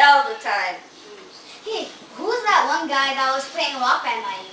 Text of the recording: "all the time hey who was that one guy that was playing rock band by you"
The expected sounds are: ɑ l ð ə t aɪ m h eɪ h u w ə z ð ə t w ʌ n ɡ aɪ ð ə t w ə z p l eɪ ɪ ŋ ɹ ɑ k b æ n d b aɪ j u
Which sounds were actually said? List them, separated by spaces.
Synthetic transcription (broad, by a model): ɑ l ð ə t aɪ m h eɪ h u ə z ð ə t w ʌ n ɡ aɪ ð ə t w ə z p l eɪ ɪ ŋ w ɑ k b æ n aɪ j